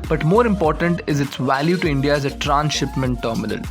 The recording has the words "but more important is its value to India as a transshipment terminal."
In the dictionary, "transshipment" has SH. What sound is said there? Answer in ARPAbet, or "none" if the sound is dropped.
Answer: SH